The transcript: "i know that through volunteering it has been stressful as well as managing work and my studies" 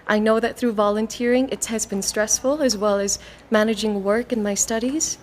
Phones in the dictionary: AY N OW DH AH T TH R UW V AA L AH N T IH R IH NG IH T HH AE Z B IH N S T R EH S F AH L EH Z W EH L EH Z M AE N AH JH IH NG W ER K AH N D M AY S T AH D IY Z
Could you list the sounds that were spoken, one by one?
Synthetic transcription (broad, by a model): AY N OW DH AH T TH R UW V AA L AH N T IH R IH NG IH T HH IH Z B IH N S T R EH S F AH L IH Z W EH L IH Z M AE N AH JH IH NG W ER K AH N M AY S T AH D IY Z